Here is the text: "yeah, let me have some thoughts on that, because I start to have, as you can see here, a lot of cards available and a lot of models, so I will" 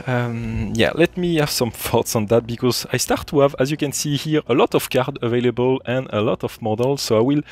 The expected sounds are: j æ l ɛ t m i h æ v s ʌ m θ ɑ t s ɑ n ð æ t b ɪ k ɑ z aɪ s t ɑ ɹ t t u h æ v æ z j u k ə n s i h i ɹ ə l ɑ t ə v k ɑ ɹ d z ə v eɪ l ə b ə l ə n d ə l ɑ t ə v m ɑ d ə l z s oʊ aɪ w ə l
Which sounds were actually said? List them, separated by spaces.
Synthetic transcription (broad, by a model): j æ l ɛ t m i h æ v s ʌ m θ ɑ t s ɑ n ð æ t b ɪ k ɑ z aɪ s t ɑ ɹ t t u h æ v æ z j u k ə n s i h i ɹ ə l ɑ t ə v k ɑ ɹ d ə v eɪ l ə b ə l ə n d ə l ɑ t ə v m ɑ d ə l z s oʊ aɪ w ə l